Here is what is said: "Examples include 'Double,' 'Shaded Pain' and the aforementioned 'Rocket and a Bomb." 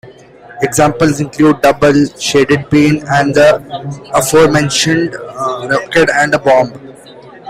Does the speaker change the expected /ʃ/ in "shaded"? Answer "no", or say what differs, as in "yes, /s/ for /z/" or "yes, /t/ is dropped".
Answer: no